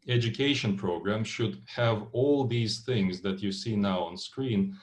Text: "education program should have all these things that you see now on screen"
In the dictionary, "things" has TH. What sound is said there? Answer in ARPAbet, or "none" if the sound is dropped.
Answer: TH